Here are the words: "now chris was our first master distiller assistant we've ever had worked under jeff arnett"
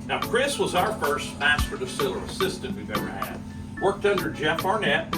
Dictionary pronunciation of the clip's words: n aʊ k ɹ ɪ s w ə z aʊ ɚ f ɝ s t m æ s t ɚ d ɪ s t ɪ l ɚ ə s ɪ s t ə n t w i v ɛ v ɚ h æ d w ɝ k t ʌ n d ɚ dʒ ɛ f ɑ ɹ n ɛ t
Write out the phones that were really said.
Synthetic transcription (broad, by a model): n aʊ k ɹ ɪ s w ə z aʊ ɚ f ɝ s t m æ s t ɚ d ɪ s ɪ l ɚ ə s ɪ s t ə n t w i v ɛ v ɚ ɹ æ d w ɝ k t ʌ n d ɚ dʒ ɛ f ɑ ɹ n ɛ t